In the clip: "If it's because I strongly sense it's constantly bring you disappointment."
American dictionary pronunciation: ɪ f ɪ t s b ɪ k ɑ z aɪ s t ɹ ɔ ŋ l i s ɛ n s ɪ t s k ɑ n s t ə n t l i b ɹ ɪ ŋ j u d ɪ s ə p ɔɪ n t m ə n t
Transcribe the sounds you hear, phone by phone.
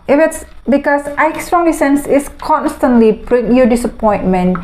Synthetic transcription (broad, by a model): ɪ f ɪ t s b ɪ k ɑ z aɪ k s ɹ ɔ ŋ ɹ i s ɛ n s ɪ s k ɑ n s t ə n t l i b ɹ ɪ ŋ j u d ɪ s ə p ɔɪ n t m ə n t